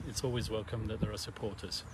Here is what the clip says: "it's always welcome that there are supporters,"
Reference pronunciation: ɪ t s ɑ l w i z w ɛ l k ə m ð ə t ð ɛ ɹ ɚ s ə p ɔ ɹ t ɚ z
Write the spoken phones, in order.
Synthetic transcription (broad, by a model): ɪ t s ɑ l w i z w ɛ l k ə m ð ə t ð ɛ ɹ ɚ s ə p ɔ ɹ t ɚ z